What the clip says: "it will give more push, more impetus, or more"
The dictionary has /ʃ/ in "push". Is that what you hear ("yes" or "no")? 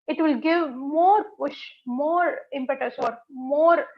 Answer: yes